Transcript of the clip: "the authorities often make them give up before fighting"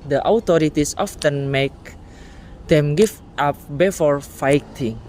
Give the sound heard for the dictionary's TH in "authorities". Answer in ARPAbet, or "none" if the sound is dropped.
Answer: T